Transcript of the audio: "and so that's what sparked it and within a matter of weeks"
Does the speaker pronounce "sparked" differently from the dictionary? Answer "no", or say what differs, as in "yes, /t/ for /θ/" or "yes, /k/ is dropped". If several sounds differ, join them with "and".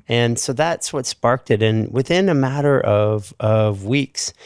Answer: no